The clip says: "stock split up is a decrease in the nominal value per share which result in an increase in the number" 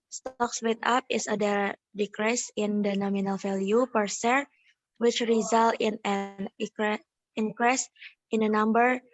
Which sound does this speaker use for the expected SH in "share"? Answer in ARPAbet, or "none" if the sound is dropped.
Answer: S